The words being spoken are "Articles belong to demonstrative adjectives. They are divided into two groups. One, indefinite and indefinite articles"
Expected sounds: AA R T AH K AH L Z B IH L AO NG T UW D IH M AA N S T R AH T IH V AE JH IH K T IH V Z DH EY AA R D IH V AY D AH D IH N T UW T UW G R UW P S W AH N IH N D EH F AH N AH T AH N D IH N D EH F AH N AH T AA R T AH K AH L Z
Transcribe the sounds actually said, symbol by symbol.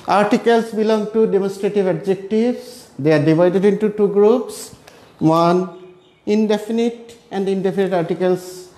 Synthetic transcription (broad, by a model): AA R T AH K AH L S B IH L AO NG T UW D IH M AA N S T R AH T IH V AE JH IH K T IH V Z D EY AA R D IH V AY D AH D IH N T UW T UW G R UW P S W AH N IH N D EH F AH N AH T AH N D IH N D EH F AH N AH T AA R T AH K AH L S